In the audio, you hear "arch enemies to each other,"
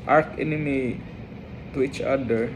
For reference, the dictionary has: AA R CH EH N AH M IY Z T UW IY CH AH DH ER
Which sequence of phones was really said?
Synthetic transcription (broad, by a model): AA R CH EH N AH M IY T UW IY CH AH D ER